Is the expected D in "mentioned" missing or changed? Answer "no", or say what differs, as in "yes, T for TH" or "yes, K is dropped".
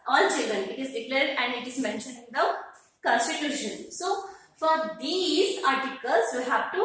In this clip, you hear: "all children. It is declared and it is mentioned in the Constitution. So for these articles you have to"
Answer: yes, D is dropped